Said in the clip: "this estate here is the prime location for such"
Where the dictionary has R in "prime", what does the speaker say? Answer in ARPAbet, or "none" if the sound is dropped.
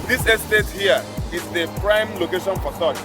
R